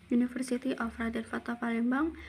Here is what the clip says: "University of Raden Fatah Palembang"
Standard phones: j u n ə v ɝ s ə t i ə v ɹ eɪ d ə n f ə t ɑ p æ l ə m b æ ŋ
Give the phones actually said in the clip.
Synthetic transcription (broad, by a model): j u n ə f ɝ s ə t i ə f ɹ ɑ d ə l f ə t ɑ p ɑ l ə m b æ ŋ